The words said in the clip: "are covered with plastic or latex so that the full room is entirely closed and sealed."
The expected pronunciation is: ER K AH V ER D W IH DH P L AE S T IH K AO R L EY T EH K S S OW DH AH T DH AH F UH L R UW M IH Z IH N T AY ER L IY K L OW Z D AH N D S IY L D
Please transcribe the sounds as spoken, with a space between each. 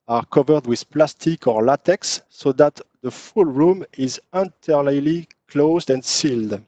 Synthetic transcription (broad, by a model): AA K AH V ER D W IH DH P L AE S T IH K AO R L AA T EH K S S OW DH AH T DH AH F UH L R UW M IH Z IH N T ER L IY K L OW Z D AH N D S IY L D